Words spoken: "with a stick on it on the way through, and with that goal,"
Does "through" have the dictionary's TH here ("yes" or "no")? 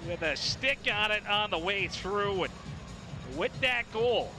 yes